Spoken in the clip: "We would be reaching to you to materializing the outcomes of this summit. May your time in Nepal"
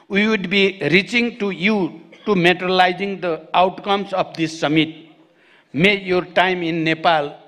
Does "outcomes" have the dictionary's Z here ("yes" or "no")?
no